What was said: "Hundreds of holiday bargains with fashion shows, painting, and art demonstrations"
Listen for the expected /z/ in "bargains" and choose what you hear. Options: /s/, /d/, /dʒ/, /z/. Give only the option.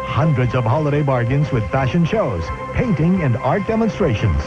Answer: /z/